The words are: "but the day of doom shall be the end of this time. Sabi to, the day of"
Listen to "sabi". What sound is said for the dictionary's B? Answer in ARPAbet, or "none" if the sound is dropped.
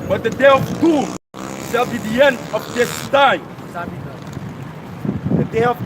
none